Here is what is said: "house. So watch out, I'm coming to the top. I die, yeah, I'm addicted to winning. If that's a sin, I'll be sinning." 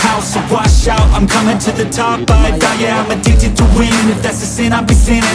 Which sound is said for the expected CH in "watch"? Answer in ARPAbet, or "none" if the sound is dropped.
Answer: SH